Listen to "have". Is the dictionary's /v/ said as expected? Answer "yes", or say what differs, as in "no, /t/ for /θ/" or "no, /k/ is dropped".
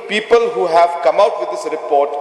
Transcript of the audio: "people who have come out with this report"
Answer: yes